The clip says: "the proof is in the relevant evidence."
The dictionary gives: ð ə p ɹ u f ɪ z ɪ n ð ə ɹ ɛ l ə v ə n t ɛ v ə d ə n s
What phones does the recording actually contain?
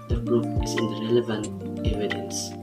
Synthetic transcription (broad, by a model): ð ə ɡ ɹ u p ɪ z ɪ n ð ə ɹ ɛ l ə v ə n t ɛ v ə d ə n s